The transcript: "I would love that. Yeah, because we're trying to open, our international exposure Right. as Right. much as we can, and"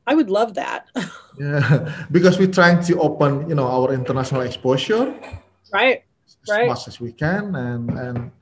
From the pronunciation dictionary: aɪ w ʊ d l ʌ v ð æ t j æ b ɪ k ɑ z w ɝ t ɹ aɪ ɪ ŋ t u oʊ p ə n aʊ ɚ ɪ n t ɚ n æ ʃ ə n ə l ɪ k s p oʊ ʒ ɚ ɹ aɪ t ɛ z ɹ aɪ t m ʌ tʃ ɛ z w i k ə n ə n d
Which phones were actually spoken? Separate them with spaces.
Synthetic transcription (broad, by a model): aɪ w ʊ d l ʌ v ð æ t j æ b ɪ k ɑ s w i t ɹ aɪ ɪ ŋ t u oʊ p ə n aʊ ɚ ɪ n t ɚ n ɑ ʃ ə n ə l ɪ k s p oʊ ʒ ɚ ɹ aɪ t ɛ s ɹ aɪ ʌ s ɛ s w i k ə n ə n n